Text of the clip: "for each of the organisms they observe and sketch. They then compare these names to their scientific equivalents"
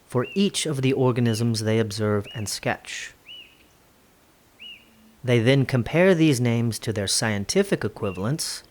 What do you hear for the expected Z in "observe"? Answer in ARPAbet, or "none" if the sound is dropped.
Z